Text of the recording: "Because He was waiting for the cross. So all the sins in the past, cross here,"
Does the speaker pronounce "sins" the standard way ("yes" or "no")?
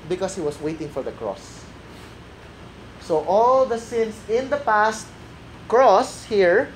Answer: no